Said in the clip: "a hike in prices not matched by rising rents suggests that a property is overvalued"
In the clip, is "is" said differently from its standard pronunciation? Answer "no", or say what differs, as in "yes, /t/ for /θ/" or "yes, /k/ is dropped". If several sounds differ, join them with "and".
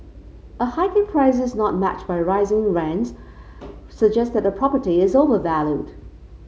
no